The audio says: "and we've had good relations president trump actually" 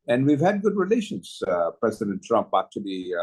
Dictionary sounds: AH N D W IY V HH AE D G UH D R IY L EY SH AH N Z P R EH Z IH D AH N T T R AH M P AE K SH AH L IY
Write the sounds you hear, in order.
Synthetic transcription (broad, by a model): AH N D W IY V HH AE D G UH D R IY L EY SH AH N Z P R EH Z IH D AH N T T R AH M P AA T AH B IY